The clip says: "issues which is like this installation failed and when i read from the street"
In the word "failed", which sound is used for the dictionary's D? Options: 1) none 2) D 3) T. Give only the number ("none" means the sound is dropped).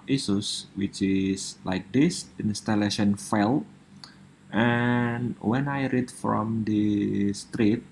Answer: 1